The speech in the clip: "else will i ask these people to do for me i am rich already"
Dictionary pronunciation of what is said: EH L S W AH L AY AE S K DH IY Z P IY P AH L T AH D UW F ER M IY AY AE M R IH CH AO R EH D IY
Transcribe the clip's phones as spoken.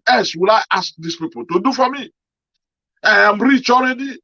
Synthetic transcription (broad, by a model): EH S W AH L AY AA S K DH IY S P IY P AH L T AH D UW F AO M IY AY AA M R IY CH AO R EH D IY